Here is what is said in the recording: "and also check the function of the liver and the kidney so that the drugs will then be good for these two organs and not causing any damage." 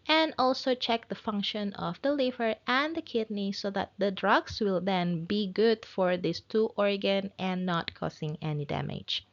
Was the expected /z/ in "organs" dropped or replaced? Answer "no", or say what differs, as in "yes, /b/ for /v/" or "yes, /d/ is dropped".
yes, /z/ is dropped